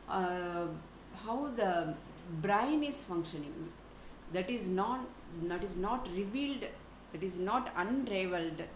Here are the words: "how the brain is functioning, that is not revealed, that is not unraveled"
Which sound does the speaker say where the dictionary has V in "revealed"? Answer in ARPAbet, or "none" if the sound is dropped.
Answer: V